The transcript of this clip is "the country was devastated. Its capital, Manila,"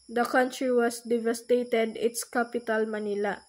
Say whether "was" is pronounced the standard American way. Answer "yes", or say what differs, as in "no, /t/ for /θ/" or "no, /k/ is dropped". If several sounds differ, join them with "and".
no, /s/ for /z/